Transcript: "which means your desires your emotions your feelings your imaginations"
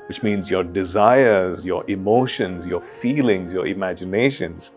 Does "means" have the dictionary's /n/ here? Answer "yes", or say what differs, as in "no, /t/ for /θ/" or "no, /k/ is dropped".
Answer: yes